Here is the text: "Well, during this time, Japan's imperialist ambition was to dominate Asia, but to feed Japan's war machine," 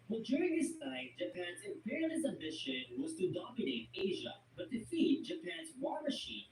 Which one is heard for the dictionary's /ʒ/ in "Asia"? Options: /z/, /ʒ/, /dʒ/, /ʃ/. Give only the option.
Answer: /ʒ/